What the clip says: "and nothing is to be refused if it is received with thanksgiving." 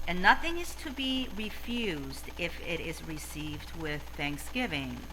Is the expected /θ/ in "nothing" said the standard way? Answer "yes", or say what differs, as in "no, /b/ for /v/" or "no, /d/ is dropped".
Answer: yes